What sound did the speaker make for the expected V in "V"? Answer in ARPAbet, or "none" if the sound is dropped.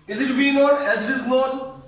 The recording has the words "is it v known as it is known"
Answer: B